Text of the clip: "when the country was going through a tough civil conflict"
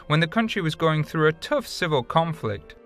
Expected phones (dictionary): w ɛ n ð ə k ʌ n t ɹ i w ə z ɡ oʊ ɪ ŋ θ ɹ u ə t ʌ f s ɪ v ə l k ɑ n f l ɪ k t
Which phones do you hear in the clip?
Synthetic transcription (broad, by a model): w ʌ n ð ə k ʌ n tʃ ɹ i w ə z ɡ oʊ ɪ ŋ θ ɹ u ə t ʌ f s ɪ v ə l k ɑ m f l ɪ k t